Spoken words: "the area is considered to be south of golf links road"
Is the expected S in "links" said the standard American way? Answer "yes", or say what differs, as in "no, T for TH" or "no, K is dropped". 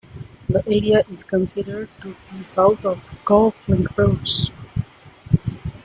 no, S is dropped